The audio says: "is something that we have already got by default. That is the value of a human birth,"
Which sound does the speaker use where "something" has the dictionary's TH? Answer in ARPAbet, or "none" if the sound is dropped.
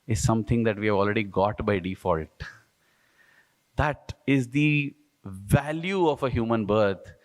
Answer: T